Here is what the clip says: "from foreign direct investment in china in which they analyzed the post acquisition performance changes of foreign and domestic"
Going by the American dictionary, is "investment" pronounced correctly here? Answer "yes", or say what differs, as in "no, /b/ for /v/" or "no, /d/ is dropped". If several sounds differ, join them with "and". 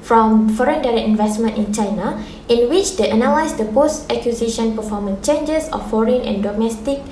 yes